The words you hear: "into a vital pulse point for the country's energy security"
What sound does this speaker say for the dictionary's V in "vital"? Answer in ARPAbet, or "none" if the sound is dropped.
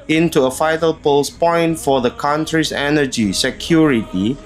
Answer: F